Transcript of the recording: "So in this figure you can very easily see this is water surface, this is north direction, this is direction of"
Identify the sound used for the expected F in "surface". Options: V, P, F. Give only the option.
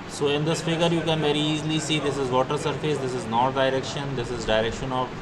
F